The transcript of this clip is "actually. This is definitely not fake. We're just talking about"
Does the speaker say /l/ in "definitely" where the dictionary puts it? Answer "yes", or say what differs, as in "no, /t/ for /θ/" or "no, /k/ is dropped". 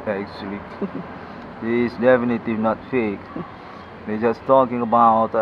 no, /l/ is dropped